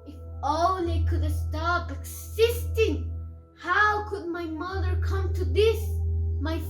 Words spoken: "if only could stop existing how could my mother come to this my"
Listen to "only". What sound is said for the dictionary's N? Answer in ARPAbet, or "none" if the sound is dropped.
none